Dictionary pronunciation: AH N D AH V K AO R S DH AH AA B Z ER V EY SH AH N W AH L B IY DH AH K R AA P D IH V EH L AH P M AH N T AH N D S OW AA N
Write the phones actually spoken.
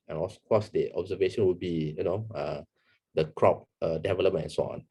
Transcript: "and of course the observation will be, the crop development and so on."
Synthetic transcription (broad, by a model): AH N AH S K AO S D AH AA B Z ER V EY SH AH N W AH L B IY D AH K R AA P D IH V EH L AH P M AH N AH N S OW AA N